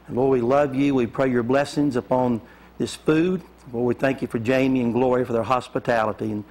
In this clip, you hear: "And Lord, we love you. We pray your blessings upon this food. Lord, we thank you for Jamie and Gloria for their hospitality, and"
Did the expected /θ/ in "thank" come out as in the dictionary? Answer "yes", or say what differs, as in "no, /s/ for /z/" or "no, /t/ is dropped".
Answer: yes